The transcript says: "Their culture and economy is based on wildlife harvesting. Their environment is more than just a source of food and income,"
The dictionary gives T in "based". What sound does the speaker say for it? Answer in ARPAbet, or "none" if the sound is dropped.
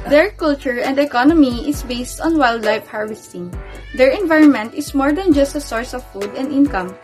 T